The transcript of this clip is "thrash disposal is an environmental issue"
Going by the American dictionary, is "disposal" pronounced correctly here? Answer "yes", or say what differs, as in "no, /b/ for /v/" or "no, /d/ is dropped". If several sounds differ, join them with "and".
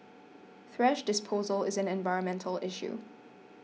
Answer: yes